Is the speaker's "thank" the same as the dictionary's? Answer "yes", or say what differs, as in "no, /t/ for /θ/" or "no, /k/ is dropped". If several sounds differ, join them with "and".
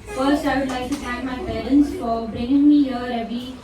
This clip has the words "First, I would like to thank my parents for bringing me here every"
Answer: no, /ŋ/ is dropped